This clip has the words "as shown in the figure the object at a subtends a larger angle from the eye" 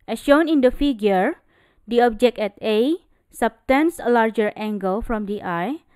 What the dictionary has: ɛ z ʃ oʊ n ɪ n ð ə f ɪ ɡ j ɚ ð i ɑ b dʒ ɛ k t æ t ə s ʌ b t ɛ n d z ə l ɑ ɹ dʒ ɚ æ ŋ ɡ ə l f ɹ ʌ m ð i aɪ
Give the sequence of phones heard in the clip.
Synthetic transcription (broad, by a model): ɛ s ʃ oʊ n ɪ n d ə f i ɡ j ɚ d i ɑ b dʒ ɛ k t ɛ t ə s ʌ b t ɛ n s ə l ɑ ɹ dʒ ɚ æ ŋ ɡ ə l f ɹ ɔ m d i aɪ